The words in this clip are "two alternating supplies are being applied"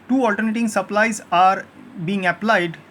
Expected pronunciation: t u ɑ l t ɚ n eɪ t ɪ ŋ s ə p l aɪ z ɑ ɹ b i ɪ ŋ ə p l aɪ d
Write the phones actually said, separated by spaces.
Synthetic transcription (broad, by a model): t u ɑ l t ɚ n eɪ t ɪ ŋ s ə p l aɪ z ɑ ɹ b i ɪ ŋ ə p l aɪ d